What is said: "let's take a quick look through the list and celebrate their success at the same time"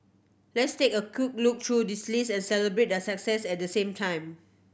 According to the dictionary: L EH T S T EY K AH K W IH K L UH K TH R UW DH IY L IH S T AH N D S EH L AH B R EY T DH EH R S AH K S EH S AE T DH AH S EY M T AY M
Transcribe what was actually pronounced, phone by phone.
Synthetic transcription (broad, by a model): L EH T S T EY K AH K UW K L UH K T R UW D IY L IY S AH N S EH L AH B R EY T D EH S AH K S EH S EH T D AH S EY M T AY M